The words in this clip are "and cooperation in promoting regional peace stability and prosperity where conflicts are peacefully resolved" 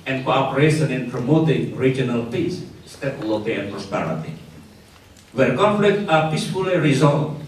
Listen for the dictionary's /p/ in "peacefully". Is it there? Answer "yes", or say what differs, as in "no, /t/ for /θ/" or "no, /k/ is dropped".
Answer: yes